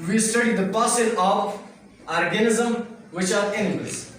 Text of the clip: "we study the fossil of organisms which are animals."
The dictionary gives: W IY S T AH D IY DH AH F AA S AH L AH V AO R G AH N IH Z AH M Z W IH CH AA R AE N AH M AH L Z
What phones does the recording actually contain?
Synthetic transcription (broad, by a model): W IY S T AH D IY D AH P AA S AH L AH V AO R G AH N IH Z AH M W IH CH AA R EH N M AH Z